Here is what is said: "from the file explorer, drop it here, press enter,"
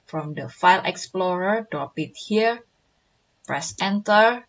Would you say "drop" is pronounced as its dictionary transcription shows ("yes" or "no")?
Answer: no